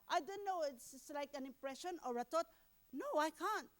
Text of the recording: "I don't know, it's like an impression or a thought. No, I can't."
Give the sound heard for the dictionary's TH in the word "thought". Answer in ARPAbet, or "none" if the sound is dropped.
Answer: T